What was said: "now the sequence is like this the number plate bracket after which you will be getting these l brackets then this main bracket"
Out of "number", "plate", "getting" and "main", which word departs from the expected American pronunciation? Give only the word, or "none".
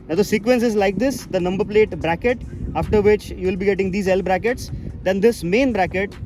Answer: none